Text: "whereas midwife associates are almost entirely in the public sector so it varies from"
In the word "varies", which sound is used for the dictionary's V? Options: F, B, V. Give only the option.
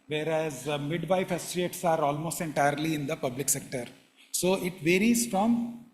V